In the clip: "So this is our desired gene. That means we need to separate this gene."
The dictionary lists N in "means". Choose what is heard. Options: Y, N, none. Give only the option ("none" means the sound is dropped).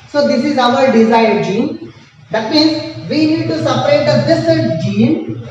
N